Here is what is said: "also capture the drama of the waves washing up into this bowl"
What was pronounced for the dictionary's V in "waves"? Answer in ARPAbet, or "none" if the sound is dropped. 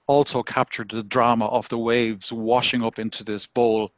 V